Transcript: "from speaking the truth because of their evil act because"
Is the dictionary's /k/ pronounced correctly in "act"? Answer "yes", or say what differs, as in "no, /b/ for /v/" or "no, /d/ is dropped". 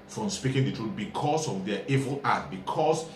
no, /k/ is dropped